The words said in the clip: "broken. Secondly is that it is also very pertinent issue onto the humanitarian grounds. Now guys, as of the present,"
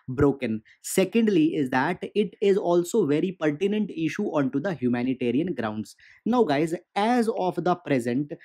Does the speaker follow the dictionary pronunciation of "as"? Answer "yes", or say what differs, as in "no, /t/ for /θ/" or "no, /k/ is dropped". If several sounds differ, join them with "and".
yes